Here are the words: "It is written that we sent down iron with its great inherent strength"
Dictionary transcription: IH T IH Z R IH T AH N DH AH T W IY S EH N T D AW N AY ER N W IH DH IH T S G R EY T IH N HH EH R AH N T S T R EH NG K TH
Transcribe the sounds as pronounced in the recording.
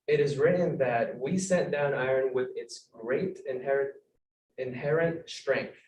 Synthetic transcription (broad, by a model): IH T IH Z R IH T N DH AH T W IY S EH T D AW N AY ER N W IH DH IH T S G R EY T IH N HH EH R AH N T S T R EH NG K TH